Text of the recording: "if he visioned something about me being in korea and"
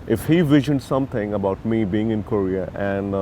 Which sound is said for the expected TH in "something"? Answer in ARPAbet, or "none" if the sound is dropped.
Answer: T